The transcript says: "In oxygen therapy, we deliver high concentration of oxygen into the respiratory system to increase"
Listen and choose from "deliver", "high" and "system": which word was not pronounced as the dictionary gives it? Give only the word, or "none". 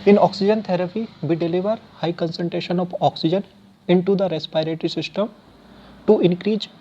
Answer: none